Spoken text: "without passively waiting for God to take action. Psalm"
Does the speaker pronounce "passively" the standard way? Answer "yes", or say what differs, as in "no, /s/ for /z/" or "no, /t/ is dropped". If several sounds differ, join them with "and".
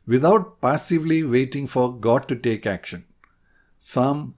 yes